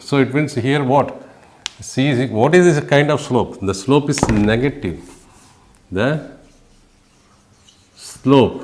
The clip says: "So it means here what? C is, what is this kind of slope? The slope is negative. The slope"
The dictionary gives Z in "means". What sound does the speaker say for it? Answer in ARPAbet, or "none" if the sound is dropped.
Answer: S